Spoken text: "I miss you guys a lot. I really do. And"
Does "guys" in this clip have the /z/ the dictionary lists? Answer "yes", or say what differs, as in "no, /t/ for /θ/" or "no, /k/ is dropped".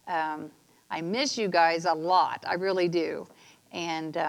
yes